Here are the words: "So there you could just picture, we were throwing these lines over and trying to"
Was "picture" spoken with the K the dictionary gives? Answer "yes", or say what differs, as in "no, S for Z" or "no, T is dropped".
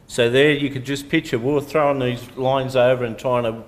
no, K is dropped